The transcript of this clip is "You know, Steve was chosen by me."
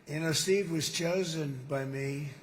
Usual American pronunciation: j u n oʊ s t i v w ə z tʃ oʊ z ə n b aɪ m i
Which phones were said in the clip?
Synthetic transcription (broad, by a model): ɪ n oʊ s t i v w ə z tʃ oʊ z ə n b aɪ m i